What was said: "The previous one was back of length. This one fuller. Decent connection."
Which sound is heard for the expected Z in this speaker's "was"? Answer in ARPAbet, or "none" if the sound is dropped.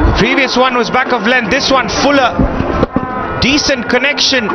Z